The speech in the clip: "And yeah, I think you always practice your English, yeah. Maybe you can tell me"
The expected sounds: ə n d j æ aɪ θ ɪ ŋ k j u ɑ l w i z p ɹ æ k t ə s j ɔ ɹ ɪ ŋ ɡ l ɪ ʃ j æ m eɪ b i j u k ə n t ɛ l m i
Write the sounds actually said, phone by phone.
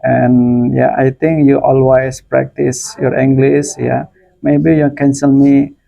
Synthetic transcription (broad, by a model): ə n j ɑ aɪ t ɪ ŋ k j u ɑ l w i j p ɹ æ k t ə s j ɔ ɹ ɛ ŋ ɡ l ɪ s j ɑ m eɪ b i j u k ə n s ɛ l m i